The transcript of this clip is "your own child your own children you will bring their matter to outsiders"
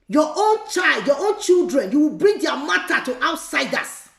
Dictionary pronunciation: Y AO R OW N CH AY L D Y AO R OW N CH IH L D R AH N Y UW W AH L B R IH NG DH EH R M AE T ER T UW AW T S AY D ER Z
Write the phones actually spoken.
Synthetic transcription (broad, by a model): Y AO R OW N CH AY L D Y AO OW N CH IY L D R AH N Y UW W AH L B R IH NG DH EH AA M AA T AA T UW AW T S AY D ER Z